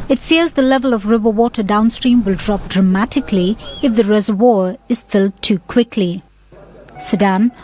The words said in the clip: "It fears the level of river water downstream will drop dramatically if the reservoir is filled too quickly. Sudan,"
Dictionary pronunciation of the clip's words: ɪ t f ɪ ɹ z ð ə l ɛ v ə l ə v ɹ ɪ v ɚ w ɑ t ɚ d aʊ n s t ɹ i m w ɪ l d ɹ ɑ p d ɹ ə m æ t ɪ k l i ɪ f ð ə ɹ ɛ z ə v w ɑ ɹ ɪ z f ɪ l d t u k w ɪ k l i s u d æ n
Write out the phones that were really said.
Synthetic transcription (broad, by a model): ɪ t f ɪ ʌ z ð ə l ɛ v ə l ə v ɹ ɪ v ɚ w ɑ t ɚ d aʊ n s t ɹ i m w ɪ l d ɹ ɑ p d ɹ ə m æ t ɪ k l i ɪ f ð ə ɹ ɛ z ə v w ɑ ɹ ɪ z f ɪ l d t u k w ɪ k l i s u d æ n